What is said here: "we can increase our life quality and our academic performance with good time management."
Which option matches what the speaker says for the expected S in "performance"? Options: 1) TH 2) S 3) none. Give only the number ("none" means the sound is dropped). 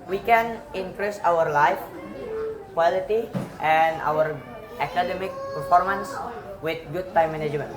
2